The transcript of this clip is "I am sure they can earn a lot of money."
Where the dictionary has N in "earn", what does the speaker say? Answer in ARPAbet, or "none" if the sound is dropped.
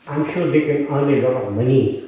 L